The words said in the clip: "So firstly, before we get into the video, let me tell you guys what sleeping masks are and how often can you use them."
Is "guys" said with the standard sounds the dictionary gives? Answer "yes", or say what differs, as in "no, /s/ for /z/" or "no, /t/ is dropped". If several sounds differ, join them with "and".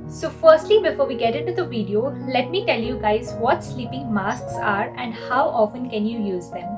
yes